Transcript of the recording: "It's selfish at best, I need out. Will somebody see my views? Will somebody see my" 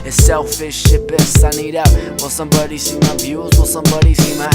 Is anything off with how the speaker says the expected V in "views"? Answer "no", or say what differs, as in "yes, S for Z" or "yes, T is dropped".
yes, B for V